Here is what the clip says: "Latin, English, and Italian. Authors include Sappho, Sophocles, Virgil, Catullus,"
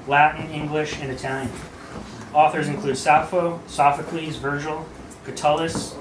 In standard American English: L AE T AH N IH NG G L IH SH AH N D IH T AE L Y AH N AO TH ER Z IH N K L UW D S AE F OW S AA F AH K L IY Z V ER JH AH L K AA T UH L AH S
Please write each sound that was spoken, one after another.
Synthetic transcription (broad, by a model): L AE T N IH NG G L IH SH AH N IH T AE L Y AH N AO TH ER Z IH N K L UW D S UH F OW S AA F AH K L IY Z V ER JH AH L K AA T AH L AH S